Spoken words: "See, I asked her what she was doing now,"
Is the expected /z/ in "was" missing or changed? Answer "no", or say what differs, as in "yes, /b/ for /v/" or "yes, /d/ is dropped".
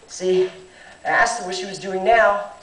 no